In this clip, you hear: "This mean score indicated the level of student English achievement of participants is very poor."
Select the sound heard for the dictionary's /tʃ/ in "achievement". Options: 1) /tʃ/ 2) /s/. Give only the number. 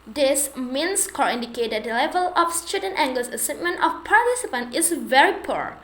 2